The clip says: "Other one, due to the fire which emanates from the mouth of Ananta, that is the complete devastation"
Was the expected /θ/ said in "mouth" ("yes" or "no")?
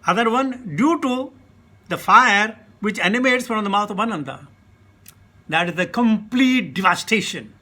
no